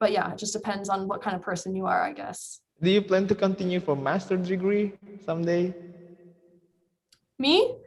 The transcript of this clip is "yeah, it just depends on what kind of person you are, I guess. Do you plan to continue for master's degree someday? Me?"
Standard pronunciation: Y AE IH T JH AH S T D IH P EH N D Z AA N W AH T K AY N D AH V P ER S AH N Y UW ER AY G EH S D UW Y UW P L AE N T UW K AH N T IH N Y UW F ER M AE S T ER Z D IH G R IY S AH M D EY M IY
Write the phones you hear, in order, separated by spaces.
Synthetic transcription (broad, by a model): Y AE IH T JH AH S D IH P EH N D Z N W AH T K AY N D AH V P ER S AH N Y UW ER AY G EH S D UW Y UW P L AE N T UW K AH N T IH N Y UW F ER M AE S T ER D IH G R IY S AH M D EY M IY